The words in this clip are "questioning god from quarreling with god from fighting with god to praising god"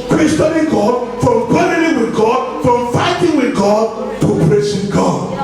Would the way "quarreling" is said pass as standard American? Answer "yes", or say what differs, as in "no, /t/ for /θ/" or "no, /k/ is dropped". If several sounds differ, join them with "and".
no, /n/ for /l/